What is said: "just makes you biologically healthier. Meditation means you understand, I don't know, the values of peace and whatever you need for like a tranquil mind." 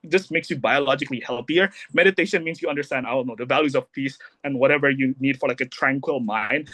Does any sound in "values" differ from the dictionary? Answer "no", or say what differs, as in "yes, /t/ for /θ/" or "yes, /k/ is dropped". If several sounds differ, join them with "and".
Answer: no